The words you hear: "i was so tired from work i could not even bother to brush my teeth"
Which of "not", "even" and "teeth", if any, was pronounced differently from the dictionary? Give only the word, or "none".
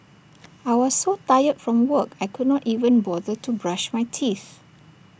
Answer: none